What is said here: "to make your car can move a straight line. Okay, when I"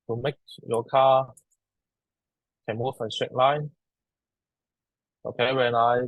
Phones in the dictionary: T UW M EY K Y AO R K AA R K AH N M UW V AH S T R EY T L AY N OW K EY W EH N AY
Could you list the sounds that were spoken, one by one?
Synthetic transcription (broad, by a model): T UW M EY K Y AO K AA K AH N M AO F AH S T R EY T L AY N OW K EY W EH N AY